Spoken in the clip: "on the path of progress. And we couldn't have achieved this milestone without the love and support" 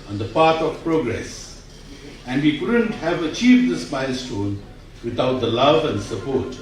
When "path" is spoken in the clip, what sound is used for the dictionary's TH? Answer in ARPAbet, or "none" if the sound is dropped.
T